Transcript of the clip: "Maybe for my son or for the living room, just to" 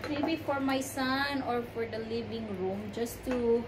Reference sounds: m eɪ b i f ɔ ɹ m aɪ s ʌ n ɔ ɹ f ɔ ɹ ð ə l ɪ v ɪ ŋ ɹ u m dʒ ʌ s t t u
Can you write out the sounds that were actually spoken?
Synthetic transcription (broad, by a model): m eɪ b i f ɔ ɹ m aɪ s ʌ n ɔ ɹ f ɔ ɹ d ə l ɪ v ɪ ŋ ɹ u m dʒ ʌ s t t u